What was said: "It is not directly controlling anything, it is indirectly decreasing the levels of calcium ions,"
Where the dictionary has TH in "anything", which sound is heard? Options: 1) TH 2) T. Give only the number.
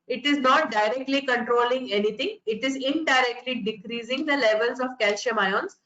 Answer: 2